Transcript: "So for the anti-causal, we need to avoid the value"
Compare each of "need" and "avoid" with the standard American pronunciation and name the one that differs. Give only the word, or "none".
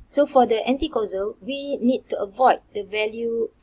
none